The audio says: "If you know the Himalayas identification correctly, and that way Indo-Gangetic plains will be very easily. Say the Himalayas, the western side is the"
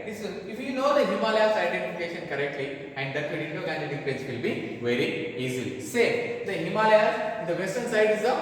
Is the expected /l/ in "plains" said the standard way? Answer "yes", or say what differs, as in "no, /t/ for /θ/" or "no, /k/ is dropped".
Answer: no, /l/ is dropped